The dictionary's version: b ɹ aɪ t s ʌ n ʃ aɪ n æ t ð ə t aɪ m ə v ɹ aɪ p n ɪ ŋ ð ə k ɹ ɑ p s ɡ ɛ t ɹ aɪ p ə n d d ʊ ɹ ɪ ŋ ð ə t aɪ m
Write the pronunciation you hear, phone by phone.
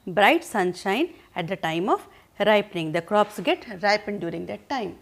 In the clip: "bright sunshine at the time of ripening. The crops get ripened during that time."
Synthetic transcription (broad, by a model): b ɹ aɪ t s ʌ n ʃ aɪ n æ t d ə t aɪ m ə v ɹ aɪ p n ɪ ŋ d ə k ɹ ɑ p s ɡ ɛ t ɹ aɪ p ə n d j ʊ ɹ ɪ ŋ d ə t aɪ m